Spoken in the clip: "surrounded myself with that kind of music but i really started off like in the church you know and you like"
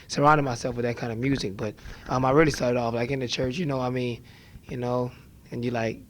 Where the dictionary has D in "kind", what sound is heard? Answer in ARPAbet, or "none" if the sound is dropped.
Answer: none